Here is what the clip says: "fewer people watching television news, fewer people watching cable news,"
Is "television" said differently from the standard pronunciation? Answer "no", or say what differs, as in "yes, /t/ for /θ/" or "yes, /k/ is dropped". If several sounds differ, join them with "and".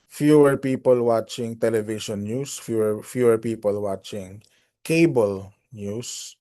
yes, /ʃ/ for /ʒ/